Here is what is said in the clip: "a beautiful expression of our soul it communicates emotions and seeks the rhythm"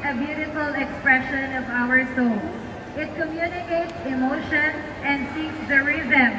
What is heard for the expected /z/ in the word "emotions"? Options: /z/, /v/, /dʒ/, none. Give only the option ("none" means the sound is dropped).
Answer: none